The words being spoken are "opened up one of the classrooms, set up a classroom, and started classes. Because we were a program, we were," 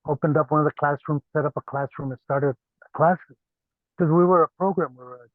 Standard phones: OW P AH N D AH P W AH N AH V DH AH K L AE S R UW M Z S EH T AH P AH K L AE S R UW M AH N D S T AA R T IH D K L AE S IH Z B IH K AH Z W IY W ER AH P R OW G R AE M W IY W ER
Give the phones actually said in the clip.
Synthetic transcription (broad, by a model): OW P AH N D AH P W AH N AH V DH AH K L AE S R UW M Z S EH T AH P AH K L AE S R UW M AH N S T AA R T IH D K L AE S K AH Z W IY W ER AH P R OW G R AE M W IY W ER